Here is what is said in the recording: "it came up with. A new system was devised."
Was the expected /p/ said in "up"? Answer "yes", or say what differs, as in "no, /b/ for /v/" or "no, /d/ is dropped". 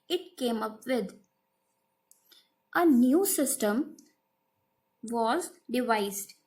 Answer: yes